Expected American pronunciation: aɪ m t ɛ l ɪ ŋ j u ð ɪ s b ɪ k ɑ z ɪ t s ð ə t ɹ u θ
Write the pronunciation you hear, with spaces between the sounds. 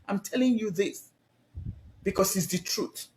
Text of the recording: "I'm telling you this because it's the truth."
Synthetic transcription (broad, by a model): aɪ m t ɛ l ɪ ŋ j u ð ɪ s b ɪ k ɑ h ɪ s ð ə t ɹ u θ